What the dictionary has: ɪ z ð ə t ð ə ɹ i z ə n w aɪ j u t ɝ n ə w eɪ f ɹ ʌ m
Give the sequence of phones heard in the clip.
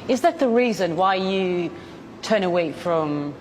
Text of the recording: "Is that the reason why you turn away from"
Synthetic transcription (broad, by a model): ɪ z ð ə t ð ə ɹ i z ə n w aɪ j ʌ t ɝ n ə w eɪ f ɹ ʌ m